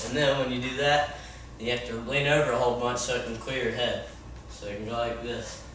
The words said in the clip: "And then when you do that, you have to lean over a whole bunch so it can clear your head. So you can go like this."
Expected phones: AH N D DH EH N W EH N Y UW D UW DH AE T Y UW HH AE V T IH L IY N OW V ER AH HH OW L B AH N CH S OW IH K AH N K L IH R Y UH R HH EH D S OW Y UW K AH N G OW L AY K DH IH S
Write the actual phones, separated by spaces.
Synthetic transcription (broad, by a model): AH N DH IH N W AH N Y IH D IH DH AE T Y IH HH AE F T IH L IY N OW V ER AH HH OW L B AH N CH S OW IH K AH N K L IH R R HH EH D S OW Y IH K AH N G OW L AY K DH IH S